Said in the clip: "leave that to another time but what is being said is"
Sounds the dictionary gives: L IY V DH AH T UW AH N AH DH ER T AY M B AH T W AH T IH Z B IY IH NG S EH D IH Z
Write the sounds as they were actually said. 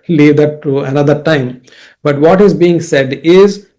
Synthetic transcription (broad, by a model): L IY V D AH T UW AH N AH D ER T AY M B AH T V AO T IH Z B IY IH NG S EH D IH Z